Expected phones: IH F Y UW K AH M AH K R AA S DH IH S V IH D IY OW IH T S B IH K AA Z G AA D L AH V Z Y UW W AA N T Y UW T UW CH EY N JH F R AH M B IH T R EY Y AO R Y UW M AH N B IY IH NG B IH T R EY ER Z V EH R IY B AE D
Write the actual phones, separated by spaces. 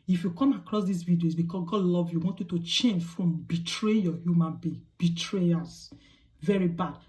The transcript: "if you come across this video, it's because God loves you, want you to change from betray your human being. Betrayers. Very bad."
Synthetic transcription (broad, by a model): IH F Y UW K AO M AH K R AA S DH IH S V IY D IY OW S B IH K AA S G AA D L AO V Y UW W AA N T Y UW T UW CH EY N JH F R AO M B IH T R EY Y AO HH Y UW M AH N B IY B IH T R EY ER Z V EH R IY B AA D